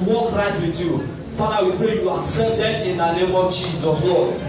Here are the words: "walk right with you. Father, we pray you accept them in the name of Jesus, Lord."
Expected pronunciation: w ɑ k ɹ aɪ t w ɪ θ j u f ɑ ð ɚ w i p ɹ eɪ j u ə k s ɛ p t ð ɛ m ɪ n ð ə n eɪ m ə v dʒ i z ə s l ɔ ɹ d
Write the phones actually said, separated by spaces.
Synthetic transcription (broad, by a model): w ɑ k ɹ aɪ t w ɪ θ j u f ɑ ɑ w i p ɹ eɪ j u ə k s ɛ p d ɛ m ɪ n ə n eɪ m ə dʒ i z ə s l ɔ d